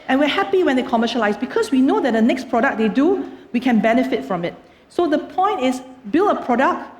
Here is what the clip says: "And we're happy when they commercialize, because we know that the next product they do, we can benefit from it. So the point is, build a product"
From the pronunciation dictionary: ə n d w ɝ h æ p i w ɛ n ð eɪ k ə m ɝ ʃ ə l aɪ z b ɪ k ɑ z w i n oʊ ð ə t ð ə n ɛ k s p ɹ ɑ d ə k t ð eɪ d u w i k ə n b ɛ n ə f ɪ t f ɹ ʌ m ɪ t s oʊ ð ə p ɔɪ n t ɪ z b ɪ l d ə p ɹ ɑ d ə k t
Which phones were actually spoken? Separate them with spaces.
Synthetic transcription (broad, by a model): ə n w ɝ h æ p i w ɛ n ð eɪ k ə m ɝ ʃ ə l aɪ s b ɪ k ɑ s w i n oʊ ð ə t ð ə n ɛ k s p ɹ ɑ d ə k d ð eɪ d u w i k ə n b ɛ n ə f ɪ t f ɹ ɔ m ɪ t s oʊ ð ə p ɔɪ n t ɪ s b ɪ l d ə p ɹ ɑ d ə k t